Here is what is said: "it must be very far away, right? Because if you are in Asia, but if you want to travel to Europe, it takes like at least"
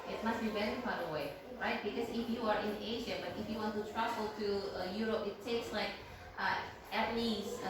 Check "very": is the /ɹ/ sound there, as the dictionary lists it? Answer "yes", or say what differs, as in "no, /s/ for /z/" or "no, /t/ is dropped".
no, /l/ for /ɹ/